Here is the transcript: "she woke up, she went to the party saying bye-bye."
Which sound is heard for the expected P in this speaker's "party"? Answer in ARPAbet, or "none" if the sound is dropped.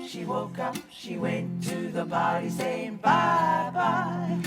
B